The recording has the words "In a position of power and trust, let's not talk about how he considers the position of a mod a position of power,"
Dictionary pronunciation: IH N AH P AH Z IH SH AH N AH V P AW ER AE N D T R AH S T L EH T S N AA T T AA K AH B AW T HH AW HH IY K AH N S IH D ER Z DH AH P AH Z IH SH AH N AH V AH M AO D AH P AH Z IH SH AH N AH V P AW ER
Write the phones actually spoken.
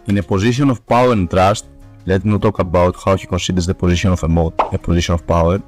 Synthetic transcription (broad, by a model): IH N AH P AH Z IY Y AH N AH F P AW ER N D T R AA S T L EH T N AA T T AA K AH B AW T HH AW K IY K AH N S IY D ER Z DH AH P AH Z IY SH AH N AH F AH M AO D AH P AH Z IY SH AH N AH F P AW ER